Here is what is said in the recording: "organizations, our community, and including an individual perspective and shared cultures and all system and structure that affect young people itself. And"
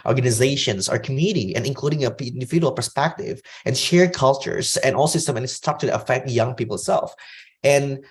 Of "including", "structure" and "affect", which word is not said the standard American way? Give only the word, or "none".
structure